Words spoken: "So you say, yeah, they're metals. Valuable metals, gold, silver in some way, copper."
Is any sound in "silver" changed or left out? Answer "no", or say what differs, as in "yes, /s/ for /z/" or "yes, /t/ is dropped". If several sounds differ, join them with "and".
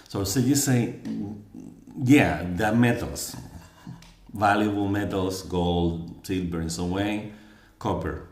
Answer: yes, /b/ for /v/